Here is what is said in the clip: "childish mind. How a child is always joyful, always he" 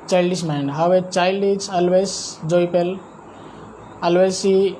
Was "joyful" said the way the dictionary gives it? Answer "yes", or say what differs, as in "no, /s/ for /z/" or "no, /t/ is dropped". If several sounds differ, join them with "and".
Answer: no, /p/ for /f/